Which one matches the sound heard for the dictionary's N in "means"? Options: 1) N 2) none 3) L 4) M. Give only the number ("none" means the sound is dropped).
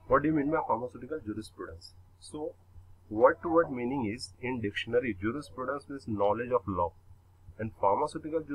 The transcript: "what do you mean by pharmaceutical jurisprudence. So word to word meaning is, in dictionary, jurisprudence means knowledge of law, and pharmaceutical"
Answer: 2